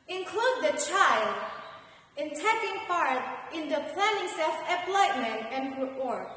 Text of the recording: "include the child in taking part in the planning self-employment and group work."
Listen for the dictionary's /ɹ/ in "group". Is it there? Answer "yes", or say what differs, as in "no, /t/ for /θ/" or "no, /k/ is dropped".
no, /ɹ/ is dropped